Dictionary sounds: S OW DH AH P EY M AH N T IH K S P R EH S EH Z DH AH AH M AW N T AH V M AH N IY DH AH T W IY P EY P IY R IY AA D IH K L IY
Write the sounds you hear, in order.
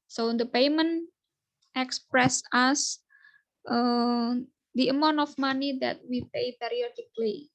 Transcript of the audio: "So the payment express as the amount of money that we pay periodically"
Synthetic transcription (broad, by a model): S OW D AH P EY M AH N T IH K S P R EH S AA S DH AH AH M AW N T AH F M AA N IY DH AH T W IY P EY P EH R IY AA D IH K L IY